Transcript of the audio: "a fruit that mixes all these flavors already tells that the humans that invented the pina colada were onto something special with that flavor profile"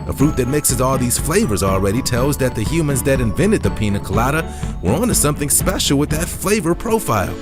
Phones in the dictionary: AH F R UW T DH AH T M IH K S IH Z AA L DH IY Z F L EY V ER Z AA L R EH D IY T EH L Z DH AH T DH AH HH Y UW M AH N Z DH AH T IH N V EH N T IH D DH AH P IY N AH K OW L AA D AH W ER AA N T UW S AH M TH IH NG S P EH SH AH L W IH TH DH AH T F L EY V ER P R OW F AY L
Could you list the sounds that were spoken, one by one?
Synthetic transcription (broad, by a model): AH F R UW T DH AH T M IH K S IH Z AA L DH IY Z F L EY V ER Z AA L R EH D IY T EH L Z DH AH T DH AH HH Y UW M AH N Z DH AH T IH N V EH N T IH D DH AH P IY N AH K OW L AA D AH W ER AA N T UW S AH M TH IH NG S P EH SH L W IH DH AH T F L EY V ER P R OW F AY L